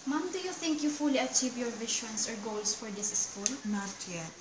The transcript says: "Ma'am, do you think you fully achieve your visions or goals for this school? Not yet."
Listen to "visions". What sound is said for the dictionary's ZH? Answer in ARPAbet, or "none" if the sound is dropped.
SH